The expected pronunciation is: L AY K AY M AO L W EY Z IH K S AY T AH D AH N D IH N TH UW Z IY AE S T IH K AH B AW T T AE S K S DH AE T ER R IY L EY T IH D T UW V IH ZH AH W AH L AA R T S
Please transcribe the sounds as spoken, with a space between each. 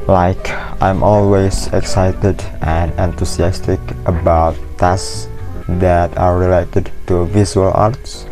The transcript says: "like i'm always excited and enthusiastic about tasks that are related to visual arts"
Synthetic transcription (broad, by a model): L AY K AY M AO L W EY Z IH K S AY T AH D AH N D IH N T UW S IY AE S T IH K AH B AW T T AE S S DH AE T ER R IY L EY T IH D T UW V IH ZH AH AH L AA R T S